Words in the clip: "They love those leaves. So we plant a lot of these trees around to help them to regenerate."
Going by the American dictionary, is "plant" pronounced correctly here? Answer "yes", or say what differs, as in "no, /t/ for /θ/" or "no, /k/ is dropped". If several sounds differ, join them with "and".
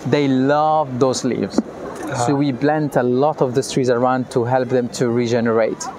no, /b/ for /p/